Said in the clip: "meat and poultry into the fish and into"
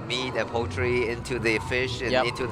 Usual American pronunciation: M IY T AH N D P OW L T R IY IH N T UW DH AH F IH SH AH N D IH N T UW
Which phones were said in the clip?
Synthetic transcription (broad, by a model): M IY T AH P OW T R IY IH N T UW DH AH F IH SH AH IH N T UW